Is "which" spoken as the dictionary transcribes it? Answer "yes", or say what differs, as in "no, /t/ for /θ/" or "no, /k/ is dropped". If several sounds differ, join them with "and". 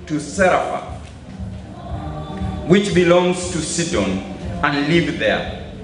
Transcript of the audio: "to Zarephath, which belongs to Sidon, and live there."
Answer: yes